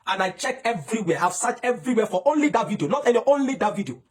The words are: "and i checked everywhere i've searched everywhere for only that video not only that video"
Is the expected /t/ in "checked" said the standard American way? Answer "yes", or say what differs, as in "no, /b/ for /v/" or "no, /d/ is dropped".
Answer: no, /t/ is dropped